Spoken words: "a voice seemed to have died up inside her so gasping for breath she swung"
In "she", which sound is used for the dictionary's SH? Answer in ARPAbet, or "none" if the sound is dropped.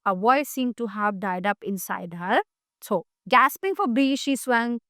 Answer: SH